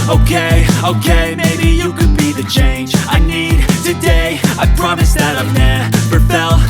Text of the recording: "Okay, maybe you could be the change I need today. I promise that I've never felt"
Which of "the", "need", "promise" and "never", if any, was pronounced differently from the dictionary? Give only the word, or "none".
never